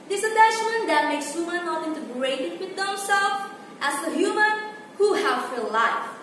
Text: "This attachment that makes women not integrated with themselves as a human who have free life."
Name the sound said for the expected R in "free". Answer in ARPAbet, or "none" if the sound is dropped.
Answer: none